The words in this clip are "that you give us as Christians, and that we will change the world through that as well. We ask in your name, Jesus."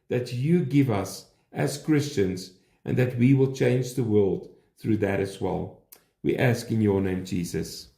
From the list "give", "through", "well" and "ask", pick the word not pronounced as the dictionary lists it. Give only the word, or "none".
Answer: none